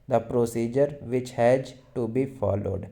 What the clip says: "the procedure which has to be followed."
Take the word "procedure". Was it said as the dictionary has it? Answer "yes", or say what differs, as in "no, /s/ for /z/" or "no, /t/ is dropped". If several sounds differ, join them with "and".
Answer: yes